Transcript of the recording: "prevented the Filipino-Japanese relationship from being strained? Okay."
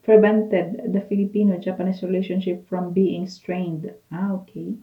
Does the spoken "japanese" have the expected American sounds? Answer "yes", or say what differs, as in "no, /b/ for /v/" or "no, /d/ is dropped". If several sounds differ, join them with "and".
no, /s/ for /z/